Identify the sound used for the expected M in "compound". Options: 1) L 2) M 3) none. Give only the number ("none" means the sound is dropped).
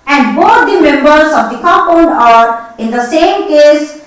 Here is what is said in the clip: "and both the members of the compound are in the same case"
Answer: 3